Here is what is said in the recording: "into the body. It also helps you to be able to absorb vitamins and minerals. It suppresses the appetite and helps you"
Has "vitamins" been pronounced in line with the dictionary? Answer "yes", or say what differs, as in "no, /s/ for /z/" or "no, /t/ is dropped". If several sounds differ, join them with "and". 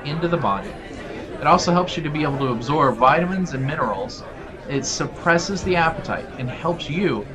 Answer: yes